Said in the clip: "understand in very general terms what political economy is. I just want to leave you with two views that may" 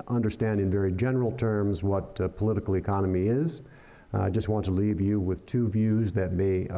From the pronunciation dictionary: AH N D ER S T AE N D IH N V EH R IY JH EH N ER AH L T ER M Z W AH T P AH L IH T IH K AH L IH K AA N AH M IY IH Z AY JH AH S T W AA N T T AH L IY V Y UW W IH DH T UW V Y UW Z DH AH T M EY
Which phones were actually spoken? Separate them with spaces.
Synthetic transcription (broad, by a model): AH N D ER S T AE N D IH N V EH R IY JH EH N ER L T ER M Z W AH T P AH L IH T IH K L IH K AA N AH M IY IH Z AY JH AH S T W AA N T T AH L IY V Y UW W IH DH T UW V Y UW Z DH AH T M EY